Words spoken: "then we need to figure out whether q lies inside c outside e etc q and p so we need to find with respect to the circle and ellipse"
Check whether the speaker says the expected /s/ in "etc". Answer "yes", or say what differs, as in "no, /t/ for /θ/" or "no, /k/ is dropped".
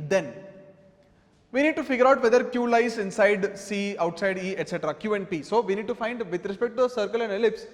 yes